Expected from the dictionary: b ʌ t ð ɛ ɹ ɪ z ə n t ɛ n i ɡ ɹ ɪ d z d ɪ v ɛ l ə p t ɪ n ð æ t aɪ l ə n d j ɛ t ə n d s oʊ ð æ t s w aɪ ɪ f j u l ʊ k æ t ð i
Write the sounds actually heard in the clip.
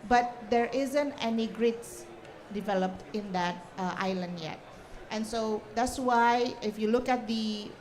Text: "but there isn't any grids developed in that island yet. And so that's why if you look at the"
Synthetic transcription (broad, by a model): b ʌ t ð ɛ ɹ ɪ z ə n t ɛ n i ɡ ɹ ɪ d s d ɪ v ɛ l ə p t ɪ n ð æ t aɪ l ə n d j ɛ t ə n s oʊ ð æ t s w aɪ ɪ f j u l ʊ k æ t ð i